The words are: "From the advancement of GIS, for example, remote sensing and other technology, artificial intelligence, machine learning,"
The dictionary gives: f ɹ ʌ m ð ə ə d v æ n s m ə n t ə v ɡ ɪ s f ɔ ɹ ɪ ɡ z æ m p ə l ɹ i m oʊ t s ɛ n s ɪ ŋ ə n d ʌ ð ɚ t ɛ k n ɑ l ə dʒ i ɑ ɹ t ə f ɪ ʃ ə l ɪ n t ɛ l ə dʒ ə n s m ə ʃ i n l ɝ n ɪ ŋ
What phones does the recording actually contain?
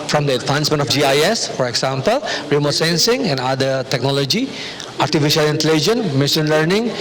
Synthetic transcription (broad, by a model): f ɹ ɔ m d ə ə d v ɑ n s m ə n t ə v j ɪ s f ɔ ɹ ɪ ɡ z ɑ m p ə l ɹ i m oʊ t s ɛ n s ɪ ŋ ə n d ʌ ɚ t ɛ k n ɑ l ə dʒ i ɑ ɹ t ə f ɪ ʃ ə l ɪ n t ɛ l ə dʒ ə n m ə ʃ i n l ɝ n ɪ ŋ